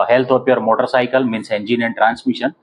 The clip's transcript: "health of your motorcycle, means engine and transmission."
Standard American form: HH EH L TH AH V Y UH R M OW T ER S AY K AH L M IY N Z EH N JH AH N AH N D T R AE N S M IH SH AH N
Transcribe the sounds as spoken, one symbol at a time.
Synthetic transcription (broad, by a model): HH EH L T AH P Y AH R M OW T ER S AY K AH L M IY N S EH N JH AH N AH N T R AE N S M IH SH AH N